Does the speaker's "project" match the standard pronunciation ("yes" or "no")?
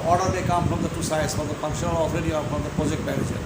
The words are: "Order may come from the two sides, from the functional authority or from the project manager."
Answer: yes